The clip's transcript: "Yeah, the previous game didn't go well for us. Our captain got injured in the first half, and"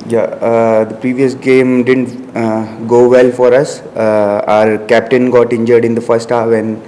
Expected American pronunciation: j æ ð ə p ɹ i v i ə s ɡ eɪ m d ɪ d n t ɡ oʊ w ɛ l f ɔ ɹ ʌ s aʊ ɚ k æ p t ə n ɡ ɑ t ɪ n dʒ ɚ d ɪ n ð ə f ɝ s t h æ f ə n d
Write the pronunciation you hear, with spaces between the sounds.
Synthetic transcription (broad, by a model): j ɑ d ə p ɹ i v i ə s ɡ eɪ m d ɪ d n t ɡ oʊ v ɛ l f ɔ ɹ ʌ s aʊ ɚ k æ p t ə n ɡ ɑ t ɪ n dʒ ɚ d ɪ n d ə f ɝ s t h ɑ ə n